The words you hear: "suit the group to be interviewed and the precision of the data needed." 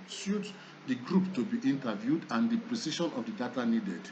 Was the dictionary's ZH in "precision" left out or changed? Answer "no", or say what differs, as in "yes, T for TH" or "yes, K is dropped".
yes, SH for ZH